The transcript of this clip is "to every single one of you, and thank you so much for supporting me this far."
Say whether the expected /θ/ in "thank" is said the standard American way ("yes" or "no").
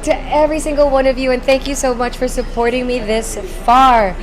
yes